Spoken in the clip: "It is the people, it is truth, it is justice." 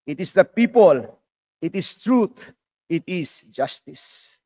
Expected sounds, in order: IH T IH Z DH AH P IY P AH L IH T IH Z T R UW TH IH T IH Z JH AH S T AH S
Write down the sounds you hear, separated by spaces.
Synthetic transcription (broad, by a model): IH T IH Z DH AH P IY P AH L IH T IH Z T R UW T IH T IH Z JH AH S T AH S